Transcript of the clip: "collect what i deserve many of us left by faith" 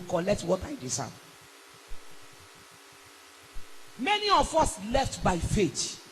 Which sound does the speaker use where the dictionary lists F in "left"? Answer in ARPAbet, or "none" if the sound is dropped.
F